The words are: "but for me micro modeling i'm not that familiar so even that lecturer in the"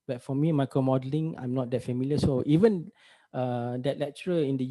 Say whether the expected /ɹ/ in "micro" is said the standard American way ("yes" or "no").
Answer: no